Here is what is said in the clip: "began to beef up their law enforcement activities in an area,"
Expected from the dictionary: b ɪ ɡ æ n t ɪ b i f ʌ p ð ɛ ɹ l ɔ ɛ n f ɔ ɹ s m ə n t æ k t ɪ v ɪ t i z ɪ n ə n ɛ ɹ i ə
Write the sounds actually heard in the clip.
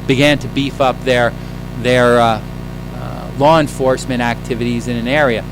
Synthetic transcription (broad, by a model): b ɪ ɡ æ n t ɪ b i f ʌ p ð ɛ ɹ l ɔ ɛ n f ɔ ɹ s m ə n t æ k t ɪ v ɪ t i z ɪ n ə n ɛ ɹ i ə